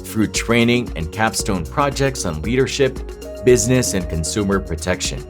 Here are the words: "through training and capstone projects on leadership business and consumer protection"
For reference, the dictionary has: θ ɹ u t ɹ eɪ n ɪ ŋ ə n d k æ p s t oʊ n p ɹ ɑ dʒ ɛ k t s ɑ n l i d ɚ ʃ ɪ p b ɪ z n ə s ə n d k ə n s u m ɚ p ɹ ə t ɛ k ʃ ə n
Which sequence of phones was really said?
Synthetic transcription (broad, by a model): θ ɹ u t ɹ eɪ n ɪ ŋ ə n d k æ p s t oʊ n p ɹ ɑ dʒ ɛ k t s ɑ n l i d ɚ ʃ ɪ p b ɪ z n ə s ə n k ə n s u m ɚ p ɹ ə t ɛ k ʃ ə n